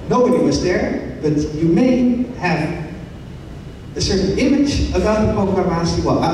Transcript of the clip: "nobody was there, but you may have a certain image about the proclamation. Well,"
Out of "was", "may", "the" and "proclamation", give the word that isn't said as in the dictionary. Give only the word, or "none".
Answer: proclamation